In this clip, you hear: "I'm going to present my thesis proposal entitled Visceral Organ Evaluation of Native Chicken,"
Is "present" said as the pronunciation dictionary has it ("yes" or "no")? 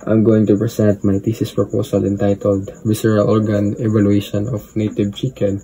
no